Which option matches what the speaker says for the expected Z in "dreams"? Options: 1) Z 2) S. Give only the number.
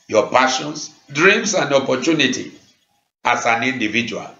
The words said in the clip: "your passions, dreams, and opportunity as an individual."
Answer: 2